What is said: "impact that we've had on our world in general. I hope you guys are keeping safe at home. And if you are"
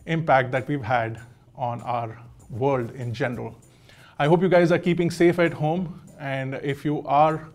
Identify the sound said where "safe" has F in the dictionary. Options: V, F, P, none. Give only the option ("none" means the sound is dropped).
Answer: F